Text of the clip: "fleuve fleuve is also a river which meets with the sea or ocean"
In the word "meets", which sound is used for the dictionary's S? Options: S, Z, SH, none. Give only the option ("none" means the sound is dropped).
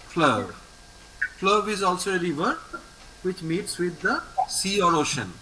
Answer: S